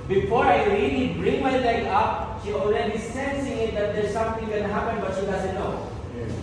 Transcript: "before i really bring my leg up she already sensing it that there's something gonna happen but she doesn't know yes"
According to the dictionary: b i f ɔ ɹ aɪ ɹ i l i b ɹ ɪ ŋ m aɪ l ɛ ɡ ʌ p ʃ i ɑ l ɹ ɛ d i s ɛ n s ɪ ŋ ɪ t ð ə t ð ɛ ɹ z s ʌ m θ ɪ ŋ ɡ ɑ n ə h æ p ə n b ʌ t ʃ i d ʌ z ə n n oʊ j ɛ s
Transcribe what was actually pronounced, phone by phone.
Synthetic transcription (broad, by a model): b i f ɔ ɹ aɪ ɹ i l i b ɹ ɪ ŋ m aɪ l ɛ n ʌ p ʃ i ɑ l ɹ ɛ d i s ɛ n s ɪ ŋ ɪ t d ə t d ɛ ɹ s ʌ m t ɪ ŋ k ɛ n h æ p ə n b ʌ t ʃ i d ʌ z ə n n oʊ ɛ